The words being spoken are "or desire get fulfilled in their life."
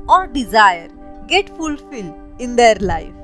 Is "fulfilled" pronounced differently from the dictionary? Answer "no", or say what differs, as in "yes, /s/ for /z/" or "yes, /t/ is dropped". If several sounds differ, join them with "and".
yes, /d/ is dropped